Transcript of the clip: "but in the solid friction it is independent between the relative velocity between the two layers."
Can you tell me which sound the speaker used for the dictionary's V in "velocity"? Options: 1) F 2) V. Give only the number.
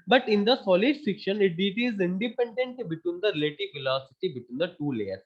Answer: 1